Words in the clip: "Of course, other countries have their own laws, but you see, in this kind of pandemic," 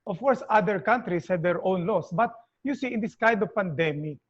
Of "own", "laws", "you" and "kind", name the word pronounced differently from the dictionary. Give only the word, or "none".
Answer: laws